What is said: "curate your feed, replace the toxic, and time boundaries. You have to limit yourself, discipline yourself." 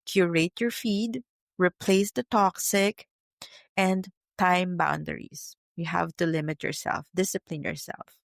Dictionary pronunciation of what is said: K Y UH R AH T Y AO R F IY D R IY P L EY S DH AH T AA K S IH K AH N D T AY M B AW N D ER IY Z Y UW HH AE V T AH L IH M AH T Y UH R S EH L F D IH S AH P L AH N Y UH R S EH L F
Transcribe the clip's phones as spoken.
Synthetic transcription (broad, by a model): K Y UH R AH T Y AO R F IY D R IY P L EY S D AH T AA K S IH K AH N D T AY M B AW N D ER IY S Y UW HH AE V T AH L IH M AH T Y UH R S EH L F D IH S AH P L AH N Y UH R S EH L F